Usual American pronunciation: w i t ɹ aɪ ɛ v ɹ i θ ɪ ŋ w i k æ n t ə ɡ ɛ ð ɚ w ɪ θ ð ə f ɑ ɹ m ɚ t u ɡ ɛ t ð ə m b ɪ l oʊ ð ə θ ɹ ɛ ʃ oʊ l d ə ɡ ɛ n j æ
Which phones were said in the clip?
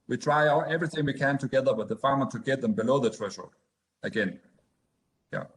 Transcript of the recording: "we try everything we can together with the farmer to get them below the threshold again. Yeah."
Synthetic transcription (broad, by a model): w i t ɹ aɪ ɛ v ɹ i θ ɪ ŋ w i k æ n t ə ɡ ɛ ð ɚ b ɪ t ð ə f ɑ ɹ m ɚ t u ɡ ɛ t ð ə m b ɪ l oʊ ð ə t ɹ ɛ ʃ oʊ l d ə ɡ ɛ n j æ